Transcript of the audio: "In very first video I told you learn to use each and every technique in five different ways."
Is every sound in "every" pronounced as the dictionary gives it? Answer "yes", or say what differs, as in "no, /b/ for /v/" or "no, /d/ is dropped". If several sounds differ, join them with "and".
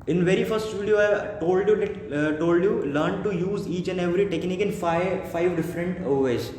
yes